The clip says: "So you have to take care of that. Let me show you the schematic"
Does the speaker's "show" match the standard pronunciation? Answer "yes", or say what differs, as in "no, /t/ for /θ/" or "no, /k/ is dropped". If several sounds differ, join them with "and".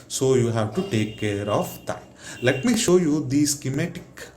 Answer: yes